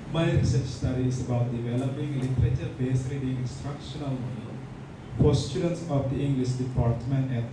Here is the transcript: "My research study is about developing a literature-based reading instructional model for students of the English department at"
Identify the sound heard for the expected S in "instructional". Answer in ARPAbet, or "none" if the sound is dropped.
S